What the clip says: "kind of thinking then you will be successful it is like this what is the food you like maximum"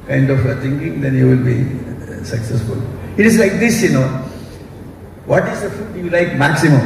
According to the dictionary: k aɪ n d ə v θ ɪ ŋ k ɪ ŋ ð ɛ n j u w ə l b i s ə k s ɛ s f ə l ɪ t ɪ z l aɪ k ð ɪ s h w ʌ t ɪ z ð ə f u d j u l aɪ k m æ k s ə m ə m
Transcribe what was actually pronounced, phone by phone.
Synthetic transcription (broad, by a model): k aɪ n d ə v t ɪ ŋ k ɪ ŋ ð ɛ n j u w ə l b i s ə k s ɛ s f ə l ɪ t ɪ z l aɪ k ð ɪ s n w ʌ t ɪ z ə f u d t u l aɪ k m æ k s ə m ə m